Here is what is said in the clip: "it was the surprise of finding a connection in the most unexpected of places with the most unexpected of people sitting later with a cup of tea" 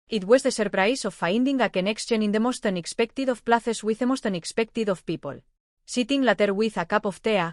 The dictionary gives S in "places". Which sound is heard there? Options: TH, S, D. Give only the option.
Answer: TH